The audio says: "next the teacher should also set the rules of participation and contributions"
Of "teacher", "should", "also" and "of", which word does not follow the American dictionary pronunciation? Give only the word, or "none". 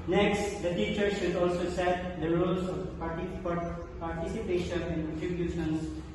of